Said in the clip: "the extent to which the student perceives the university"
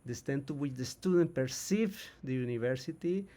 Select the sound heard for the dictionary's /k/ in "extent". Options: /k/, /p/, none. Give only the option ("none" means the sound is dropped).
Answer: none